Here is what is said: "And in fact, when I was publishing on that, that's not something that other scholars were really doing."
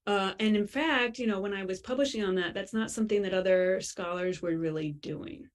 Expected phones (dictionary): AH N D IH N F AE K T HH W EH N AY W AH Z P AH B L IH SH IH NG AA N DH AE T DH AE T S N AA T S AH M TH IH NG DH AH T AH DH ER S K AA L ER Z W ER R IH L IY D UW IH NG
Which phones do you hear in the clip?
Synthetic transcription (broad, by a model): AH N IH N F AE K T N W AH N AY W AH Z P AH B L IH SH IH NG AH N DH AE T DH AE T S N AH T S AH M TH IH NG DH AH T AH DH ER S K AA L ER Z W ER R IH L IY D UW IH NG